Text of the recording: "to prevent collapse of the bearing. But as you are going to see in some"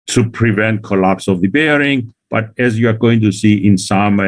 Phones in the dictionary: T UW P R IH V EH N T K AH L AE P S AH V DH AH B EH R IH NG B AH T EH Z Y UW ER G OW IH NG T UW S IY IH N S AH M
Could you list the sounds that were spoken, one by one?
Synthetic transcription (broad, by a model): T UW P R IH V EH N T K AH L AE P S AH V DH AH B EH R IH NG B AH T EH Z Y UW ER G OW IH NG T UW S IY IH N S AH M